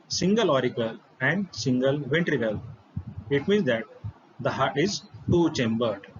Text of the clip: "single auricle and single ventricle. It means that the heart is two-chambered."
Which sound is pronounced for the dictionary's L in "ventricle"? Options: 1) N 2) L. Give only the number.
2